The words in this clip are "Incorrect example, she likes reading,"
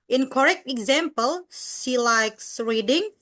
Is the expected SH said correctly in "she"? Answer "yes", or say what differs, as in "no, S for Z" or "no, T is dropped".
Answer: no, S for SH